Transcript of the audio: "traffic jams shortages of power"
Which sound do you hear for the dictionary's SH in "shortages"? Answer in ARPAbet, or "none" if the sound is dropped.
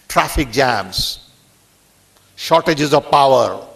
SH